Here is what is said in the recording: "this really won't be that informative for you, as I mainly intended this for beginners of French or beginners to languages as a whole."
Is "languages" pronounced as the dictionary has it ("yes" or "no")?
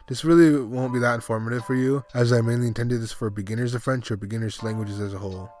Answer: yes